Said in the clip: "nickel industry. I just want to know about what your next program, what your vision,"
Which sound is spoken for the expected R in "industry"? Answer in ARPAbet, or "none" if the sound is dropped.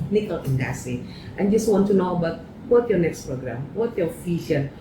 none